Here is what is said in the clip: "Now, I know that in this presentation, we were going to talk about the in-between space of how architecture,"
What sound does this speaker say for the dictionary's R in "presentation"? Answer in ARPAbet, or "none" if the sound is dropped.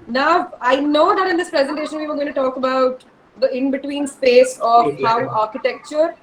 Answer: R